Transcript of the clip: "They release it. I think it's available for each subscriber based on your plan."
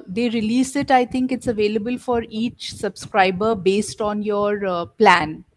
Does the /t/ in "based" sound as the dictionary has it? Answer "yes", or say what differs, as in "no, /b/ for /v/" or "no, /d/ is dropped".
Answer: yes